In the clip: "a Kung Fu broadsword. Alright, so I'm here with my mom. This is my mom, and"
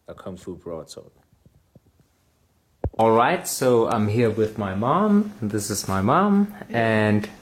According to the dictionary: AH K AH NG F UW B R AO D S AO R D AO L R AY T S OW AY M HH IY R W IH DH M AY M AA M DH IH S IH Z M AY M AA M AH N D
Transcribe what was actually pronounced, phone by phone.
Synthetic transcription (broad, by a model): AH K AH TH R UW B R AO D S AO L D AO L R AY T S OW AY M HH IY R W IH DH M AY M AA M DH IH S IH Z M AY M AA M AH N